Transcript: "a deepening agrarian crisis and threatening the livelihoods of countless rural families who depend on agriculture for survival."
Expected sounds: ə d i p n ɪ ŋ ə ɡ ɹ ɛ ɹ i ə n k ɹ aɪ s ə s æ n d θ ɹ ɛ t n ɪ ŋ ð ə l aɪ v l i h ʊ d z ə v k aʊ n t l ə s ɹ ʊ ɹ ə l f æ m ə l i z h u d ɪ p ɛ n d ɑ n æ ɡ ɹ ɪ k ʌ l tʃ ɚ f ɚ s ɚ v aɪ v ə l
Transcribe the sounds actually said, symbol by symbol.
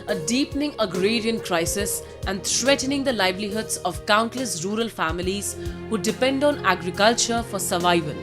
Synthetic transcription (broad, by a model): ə d i p n ɪ ŋ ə ɡ ɹ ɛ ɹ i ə n k ɹ aɪ s ə s æ n d t ɹ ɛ t n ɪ ŋ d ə l aɪ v l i h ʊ d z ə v k aʊ n t l ə s ɹ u ɹ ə l f æ m ə l i z h u d ɪ p ɛ n d ɑ n æ ɡ ɹ ɪ k ʌ l tʃ ɚ f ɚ s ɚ v aɪ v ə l